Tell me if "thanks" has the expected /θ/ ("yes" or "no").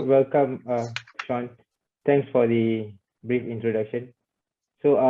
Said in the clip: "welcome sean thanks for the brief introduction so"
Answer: no